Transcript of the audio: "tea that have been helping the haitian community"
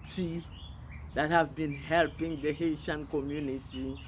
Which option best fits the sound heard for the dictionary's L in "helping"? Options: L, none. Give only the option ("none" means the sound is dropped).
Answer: L